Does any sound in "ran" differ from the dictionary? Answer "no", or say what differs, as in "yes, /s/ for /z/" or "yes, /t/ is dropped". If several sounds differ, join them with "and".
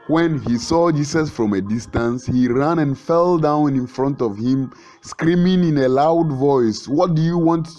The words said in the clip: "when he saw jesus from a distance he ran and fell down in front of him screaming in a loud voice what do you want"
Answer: no